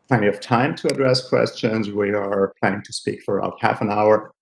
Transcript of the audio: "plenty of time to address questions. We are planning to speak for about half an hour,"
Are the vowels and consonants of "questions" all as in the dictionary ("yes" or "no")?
yes